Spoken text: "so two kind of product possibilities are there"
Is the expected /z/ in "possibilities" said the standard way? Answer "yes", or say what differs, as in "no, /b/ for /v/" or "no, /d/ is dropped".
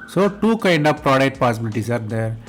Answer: no, /s/ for /z/